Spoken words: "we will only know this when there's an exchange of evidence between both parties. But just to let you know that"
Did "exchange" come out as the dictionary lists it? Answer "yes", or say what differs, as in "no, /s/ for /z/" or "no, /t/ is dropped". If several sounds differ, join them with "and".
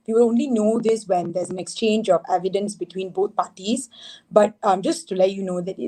yes